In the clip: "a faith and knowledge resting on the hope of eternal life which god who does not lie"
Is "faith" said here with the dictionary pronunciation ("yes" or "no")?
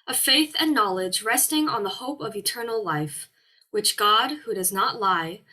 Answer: yes